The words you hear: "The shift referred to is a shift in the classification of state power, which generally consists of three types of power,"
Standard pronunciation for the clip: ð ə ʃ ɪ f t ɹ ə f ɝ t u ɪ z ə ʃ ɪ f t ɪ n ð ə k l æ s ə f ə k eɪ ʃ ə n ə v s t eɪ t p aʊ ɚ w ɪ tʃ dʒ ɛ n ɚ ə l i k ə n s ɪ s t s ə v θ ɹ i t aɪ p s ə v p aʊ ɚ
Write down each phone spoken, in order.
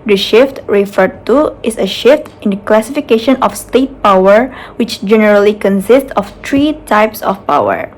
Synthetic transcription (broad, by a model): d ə ʃ ɪ f t ɹ ə f ɝ t u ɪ s ə ʃ ɪ f t ɪ n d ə k l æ s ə f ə k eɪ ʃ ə n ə f s t eɪ t p aʊ ɚ w ɪ tʃ dʒ ɛ n ɚ ə l i k ə n s ɪ s t s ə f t ɹ i t aɪ p s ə f p aʊ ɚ